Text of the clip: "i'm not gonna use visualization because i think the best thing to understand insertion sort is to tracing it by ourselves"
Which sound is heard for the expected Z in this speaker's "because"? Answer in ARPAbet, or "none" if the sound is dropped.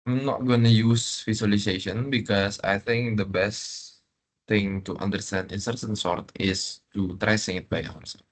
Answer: S